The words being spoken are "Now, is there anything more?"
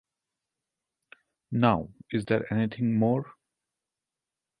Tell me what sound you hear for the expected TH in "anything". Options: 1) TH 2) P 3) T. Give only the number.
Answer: 3